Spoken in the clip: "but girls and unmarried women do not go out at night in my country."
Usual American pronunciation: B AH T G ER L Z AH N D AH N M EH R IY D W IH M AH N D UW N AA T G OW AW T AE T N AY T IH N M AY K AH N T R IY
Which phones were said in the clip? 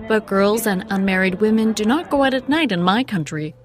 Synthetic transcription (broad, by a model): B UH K G ER L Z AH N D AH N M EH R IY D W IH M AH N D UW N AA T G OW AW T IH T N AY T IH N M AY K AH N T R IY